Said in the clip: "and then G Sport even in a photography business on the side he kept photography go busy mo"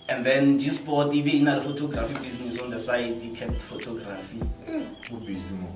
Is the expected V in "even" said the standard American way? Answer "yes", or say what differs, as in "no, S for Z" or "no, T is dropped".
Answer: no, B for V